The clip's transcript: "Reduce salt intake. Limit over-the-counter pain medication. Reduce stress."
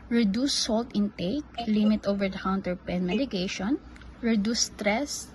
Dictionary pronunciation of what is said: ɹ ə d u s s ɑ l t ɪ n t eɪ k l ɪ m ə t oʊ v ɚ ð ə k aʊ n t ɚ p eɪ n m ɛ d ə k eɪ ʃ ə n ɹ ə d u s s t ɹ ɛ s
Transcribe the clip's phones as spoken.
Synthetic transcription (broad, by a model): ɹ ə d u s s ɑ l t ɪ n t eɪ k l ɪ m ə t oʊ v ɚ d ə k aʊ n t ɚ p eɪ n m ɛ d ə k eɪ ʃ ə n ɹ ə d u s s t ɹ ɛ s